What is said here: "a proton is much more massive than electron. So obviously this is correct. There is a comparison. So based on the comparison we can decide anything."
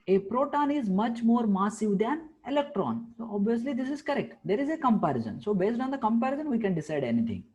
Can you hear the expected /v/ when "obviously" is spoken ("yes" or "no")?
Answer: yes